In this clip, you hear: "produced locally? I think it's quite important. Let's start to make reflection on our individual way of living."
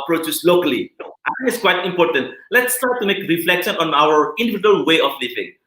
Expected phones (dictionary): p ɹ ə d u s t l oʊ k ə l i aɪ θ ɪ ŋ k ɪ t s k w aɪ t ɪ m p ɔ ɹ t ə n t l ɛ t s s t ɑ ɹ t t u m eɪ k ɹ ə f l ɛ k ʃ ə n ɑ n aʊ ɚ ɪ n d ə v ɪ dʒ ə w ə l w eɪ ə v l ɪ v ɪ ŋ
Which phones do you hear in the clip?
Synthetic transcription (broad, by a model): p ɹ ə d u s l oʊ k ə l i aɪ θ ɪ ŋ ɪ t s k w aɪ t ɪ m p ɔ ɹ t ə n t l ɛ t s s t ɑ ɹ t t u m eɪ k ɹ ə f l ɛ k ʃ ə n ɑ n aʊ ɚ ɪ n d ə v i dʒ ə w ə l w eɪ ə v l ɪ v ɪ ŋ